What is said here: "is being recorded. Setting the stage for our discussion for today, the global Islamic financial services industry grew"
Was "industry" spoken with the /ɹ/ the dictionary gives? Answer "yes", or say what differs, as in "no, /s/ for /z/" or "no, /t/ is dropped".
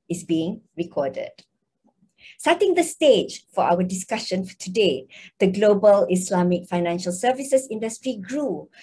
yes